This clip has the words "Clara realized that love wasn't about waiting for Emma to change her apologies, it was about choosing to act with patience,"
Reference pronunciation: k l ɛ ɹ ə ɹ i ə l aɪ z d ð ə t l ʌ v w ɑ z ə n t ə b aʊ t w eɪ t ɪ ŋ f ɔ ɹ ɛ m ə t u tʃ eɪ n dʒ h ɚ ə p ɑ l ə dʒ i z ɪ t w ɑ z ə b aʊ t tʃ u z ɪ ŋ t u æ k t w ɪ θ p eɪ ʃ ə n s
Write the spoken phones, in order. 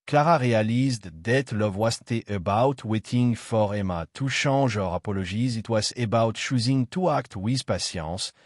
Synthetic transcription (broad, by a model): k l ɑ ɹ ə ɹ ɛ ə l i z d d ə t l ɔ v w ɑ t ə t ə b aʊ t w eɪ t ɪ ŋ f ɔ ɹ ɛ m ə t u ʃ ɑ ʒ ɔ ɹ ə p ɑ l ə ʒ i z ɪ t w ɑ z ə b aʊ t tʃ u z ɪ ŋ t u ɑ k t w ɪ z p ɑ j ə s